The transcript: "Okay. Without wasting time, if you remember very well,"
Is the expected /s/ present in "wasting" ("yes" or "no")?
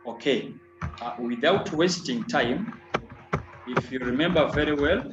yes